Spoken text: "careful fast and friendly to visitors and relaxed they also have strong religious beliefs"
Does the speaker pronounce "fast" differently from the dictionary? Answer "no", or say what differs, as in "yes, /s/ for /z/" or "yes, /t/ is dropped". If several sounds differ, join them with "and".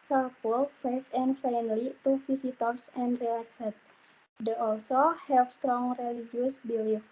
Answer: yes, /t/ is dropped